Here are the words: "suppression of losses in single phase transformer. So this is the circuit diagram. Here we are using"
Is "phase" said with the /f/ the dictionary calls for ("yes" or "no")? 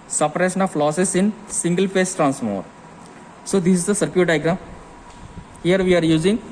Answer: no